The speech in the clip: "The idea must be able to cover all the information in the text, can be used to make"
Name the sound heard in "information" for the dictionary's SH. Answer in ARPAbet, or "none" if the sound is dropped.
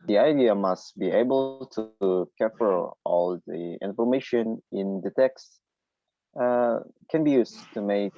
SH